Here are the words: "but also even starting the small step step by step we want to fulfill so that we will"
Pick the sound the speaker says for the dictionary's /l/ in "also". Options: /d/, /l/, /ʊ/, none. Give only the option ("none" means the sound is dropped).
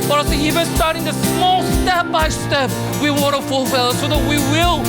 none